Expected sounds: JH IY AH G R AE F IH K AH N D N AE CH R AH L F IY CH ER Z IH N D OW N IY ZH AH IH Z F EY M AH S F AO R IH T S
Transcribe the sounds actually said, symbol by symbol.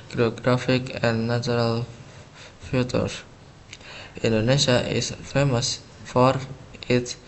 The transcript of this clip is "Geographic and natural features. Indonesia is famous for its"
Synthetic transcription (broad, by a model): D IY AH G R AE F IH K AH N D N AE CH R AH L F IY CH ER IH N D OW N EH SH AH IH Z F EY M AH S F AO R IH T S